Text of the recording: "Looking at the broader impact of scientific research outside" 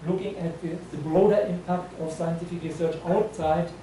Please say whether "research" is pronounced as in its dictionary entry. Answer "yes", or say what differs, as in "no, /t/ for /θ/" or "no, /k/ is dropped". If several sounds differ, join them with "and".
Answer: yes